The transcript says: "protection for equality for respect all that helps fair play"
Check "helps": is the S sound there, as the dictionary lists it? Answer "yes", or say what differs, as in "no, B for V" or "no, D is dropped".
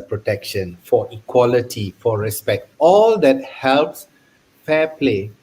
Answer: yes